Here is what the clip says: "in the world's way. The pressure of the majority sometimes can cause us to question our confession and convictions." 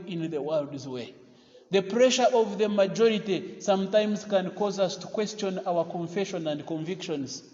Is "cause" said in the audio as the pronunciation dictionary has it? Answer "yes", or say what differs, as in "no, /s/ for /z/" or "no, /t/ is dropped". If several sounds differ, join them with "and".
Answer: yes